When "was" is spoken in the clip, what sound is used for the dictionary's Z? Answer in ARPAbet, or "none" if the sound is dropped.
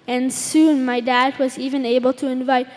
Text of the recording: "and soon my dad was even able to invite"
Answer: Z